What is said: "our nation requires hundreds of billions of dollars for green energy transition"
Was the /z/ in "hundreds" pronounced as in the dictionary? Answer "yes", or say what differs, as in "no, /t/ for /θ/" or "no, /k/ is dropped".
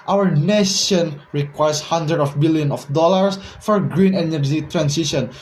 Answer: no, /z/ is dropped